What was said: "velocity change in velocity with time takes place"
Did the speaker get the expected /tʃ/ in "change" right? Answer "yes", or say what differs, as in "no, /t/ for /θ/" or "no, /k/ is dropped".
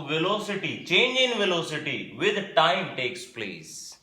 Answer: yes